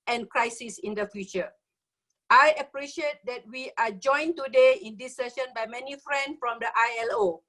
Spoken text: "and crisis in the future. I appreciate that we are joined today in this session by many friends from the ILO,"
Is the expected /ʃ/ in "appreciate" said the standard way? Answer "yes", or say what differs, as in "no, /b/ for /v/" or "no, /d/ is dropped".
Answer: yes